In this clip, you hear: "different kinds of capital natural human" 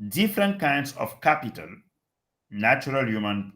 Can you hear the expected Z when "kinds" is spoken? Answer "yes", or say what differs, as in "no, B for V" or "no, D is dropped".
no, S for Z